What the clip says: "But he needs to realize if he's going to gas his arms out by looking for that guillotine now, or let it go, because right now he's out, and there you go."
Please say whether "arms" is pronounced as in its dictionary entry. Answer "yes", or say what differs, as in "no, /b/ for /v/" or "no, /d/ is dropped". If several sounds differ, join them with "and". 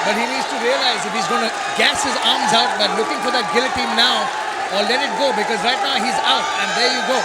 yes